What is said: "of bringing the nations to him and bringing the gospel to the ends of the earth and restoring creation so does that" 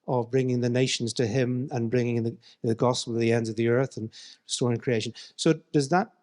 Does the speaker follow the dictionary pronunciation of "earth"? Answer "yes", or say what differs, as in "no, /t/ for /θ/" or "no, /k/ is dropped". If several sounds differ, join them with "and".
yes